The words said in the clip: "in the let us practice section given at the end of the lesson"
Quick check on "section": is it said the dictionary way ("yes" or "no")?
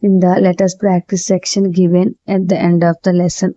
yes